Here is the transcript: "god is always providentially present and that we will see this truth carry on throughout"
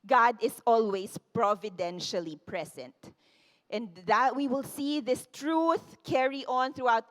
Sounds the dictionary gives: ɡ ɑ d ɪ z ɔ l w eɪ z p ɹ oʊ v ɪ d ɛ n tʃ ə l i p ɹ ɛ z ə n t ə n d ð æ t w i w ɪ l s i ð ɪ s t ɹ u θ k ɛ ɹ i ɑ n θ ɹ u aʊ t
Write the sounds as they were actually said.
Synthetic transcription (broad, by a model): ɡ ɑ d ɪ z ɔ l w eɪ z p ɹ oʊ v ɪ d ɛ n ʃ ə l i p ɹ ɛ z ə n t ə n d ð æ t w i w ɪ l s i ð ɪ s t ɹ u θ k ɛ ɹ i ɑ n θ ɹ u aʊ t